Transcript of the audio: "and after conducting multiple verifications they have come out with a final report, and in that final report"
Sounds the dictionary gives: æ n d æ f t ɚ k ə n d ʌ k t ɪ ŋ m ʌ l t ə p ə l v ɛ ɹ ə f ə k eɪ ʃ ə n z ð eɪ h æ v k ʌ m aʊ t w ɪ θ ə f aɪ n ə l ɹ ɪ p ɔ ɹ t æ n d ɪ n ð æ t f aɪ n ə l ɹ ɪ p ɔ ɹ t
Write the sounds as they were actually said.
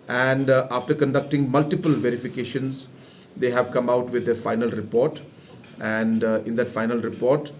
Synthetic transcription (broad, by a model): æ n d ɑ f t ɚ k ə n d ʌ k t ɪ ŋ m ʌ l t ə p ə l v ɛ ɹ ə f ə k eɪ ʃ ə n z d eɪ h æ v k ʌ m aʊ t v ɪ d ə f aɪ n ə l ɹ ɪ p ɔ ɹ t æ n d ɪ n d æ t f aɪ n ə l ɹ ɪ p ɔ ɹ t